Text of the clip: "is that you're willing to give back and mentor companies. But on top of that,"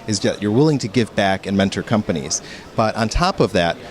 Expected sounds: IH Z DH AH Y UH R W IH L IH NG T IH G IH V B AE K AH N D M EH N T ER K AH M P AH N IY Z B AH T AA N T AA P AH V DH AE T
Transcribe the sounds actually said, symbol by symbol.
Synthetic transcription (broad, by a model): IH Z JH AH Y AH R W IH L IH NG T IH G IH V B AE K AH N M EH N T ER K AH M P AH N IY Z B AH T N T AA P AH V DH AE T